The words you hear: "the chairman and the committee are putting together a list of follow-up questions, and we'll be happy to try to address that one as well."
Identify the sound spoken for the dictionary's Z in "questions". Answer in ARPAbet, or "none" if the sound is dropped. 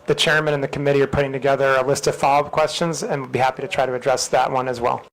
Z